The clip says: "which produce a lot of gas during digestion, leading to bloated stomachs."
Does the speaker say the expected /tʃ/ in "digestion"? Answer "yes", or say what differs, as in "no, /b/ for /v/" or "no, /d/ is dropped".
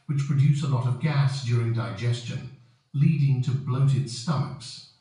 yes